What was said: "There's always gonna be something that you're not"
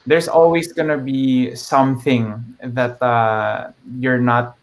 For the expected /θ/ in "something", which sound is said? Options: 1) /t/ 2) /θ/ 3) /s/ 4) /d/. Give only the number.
2